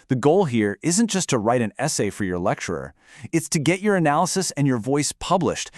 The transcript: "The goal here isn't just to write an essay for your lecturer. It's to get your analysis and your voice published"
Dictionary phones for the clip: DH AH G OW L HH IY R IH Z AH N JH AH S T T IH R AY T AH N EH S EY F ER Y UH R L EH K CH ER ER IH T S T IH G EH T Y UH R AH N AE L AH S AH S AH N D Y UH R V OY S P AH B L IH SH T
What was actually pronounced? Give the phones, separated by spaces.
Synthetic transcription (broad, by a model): DH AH G OW L HH IY R IH Z AH N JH AH S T T IH R AY T AH N EH S EY F ER Y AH R L EH K CH ER ER IH T S T IH G EH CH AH R AH N AE L AH S AH S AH N Y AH R V OY S P AH B L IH SH T